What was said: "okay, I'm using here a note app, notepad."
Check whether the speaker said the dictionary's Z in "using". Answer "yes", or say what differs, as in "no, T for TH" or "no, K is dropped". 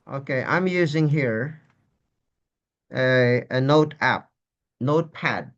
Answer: yes